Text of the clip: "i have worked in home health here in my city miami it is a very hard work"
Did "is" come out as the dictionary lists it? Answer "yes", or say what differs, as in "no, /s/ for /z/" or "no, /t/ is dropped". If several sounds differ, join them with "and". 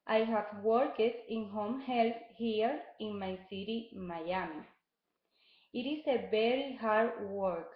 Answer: no, /s/ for /z/